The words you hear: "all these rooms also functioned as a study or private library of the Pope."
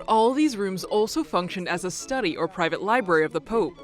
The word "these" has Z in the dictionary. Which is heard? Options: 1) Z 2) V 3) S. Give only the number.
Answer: 1